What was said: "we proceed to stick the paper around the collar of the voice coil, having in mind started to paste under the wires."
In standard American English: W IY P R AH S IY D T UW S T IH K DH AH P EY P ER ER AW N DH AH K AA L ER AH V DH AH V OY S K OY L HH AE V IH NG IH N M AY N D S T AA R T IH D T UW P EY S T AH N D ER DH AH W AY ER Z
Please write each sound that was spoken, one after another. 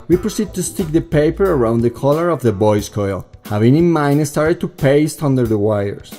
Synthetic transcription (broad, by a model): W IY P R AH S IY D T UW S T IH K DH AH P EY P ER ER AW N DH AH K AA L ER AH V DH AH B OY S K OY L HH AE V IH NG IH N M AY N S T AA R T IH D T UW P EY S T AH N D ER DH AH W AY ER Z